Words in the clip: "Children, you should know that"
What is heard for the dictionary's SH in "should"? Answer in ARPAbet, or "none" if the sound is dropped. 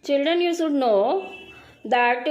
S